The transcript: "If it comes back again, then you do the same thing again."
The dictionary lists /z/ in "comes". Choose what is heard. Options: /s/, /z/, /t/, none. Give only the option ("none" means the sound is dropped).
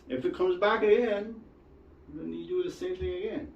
/z/